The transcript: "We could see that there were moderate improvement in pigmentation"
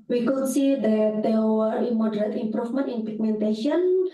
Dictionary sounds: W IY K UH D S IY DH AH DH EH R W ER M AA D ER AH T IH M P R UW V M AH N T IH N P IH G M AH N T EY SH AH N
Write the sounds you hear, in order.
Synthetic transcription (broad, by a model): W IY K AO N S IY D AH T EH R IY M AA D ER AH T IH M P R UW F M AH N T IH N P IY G M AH N T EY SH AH N